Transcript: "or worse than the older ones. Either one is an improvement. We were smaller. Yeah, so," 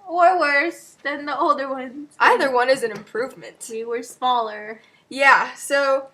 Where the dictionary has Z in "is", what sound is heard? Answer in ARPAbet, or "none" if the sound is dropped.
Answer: Z